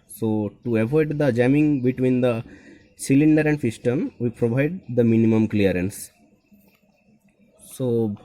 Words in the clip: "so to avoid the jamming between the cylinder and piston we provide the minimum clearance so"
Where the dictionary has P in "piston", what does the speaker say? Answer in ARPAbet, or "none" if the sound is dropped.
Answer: F